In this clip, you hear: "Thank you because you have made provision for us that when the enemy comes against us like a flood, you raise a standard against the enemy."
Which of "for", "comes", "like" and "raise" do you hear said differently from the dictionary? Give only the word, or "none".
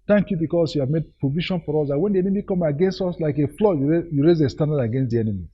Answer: comes